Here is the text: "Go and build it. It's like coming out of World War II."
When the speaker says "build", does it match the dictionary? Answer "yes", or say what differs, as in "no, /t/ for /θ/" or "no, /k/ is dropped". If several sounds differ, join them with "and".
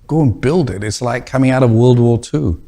yes